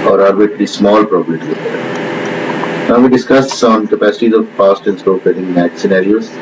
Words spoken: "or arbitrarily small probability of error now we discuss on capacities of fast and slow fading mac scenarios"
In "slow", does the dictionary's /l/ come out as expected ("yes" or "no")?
no